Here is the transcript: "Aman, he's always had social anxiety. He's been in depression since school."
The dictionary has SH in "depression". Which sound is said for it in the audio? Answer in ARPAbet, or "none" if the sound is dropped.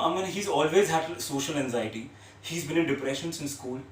SH